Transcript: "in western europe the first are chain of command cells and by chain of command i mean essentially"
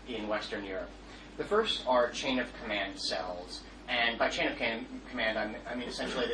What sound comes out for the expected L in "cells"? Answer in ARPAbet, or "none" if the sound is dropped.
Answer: L